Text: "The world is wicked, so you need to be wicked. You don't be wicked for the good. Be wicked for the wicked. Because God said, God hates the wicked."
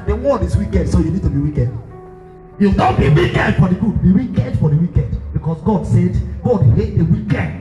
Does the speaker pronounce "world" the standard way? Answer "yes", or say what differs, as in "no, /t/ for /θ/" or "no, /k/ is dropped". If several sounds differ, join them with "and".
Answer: no, /l/ is dropped